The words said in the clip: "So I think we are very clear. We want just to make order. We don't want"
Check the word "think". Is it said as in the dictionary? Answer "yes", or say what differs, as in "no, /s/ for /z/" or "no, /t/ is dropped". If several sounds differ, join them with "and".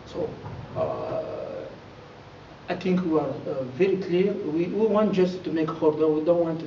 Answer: no, /t/ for /θ/